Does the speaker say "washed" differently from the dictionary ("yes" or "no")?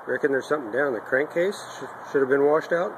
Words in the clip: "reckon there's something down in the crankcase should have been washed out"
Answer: no